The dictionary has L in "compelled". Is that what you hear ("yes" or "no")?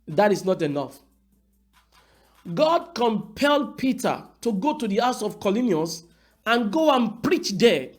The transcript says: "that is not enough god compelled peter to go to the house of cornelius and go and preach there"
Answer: yes